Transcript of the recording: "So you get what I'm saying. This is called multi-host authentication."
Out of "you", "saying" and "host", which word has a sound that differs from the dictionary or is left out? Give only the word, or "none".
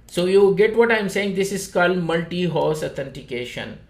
host